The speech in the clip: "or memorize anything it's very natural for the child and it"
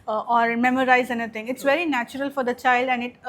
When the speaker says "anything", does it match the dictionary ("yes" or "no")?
no